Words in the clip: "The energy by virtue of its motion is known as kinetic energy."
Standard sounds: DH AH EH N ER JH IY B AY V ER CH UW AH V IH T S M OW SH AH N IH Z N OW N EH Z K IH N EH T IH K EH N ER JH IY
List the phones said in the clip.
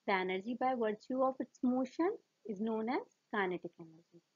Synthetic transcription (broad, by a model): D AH EH N ER JH IY B AY V ER CH UW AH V IH T S M OW SH AH N IH Z N OW N EH Z K IH N EH T IH K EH N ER JH IY